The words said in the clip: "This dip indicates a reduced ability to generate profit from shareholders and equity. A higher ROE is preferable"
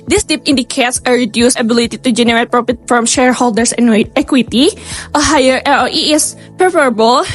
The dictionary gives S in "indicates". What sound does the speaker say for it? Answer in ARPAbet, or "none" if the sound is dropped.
S